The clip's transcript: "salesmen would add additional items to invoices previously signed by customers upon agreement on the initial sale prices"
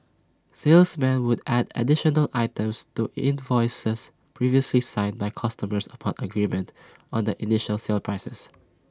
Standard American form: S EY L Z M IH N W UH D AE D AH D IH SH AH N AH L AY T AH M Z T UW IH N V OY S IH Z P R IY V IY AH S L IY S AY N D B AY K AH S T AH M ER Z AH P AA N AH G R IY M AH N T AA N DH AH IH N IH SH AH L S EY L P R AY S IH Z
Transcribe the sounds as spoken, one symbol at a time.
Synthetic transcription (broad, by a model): S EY L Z M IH N W UH D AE D AH D IH SH AH N AH L AY T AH M S T UW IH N V OY S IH S P R IY V IY AH S L IY S AY N B AY K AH S T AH M ER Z AH P AA N AH G R IY M AH N T AA N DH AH IH N IH SH AH L S EY L P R AY S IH S